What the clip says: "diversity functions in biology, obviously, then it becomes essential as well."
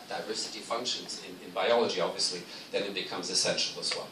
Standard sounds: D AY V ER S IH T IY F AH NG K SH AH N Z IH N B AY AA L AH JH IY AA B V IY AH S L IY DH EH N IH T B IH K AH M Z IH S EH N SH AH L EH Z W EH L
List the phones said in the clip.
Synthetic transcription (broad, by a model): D AY V ER S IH T IY F AH NG K SH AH N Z IH N B AY AA L AH JH IY AA B V IY AH S L IY DH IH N IH T B IH K AH M Z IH S EH N SH L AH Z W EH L